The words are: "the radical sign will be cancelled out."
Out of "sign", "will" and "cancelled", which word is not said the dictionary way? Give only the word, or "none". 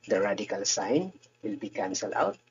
cancelled